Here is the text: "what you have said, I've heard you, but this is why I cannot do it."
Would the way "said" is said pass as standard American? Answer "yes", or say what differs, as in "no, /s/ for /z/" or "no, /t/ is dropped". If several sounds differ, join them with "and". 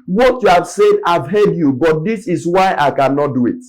yes